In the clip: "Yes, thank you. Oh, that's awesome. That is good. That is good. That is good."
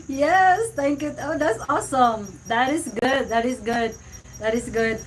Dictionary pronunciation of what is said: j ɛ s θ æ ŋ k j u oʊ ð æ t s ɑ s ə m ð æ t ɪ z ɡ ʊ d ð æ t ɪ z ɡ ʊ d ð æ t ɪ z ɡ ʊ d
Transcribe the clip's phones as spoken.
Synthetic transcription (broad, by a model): j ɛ s t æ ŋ k j u oʊ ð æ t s ɑ s ə m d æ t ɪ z ɡ ʊ d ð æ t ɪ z ɡ ʊ d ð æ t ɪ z ɡ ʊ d